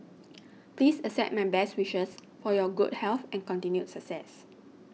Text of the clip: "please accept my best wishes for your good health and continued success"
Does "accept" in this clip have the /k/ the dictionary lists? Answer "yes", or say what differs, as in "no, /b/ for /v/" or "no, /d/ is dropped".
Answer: no, /k/ is dropped